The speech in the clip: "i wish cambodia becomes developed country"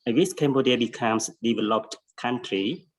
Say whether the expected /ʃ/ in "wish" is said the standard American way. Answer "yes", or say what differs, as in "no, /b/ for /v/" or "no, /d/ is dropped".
no, /s/ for /ʃ/